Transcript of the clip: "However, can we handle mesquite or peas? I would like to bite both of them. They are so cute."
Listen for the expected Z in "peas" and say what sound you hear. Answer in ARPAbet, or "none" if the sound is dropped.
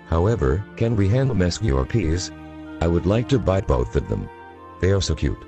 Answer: Z